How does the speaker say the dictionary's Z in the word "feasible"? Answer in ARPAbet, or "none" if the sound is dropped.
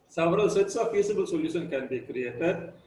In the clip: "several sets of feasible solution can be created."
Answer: S